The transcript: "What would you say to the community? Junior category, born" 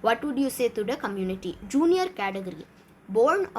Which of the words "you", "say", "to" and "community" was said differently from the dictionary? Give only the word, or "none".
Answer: none